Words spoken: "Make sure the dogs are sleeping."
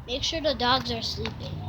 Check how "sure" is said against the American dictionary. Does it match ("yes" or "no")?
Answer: yes